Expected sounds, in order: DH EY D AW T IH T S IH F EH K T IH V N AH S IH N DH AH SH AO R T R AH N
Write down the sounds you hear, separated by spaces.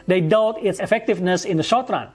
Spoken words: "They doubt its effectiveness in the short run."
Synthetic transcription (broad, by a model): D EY D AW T IH T S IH F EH K T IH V N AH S IH N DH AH SH AO R T R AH N